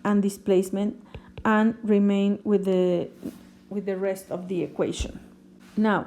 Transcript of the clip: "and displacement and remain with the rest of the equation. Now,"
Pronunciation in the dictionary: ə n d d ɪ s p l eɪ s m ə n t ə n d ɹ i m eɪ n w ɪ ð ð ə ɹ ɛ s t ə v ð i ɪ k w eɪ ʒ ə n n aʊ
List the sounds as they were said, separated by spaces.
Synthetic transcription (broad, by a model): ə n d d ɪ s p l eɪ s m ə n t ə n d ɹ i m eɪ n w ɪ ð ð ə ɹ ɛ s t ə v ð i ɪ k w eɪ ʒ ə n n aʊ